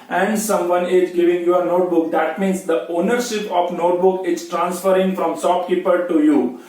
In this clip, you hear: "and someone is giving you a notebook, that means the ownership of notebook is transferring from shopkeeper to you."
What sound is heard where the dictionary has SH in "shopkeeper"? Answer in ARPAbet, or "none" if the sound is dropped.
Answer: S